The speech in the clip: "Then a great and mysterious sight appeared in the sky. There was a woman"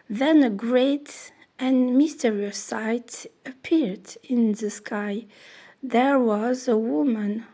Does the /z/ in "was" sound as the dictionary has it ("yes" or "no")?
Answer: yes